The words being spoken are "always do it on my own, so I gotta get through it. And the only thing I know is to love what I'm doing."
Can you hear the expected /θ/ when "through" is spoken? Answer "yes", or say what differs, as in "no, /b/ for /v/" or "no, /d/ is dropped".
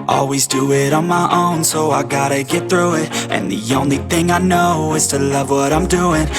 yes